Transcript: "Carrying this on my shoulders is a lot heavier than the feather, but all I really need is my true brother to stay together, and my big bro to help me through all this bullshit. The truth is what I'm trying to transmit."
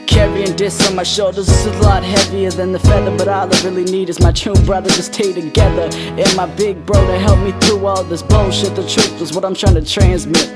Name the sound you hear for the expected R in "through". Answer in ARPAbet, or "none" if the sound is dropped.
none